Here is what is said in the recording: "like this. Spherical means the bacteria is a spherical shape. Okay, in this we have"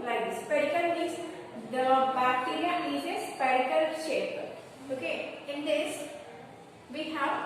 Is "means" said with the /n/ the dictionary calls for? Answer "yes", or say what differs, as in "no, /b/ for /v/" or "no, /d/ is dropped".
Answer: no, /n/ is dropped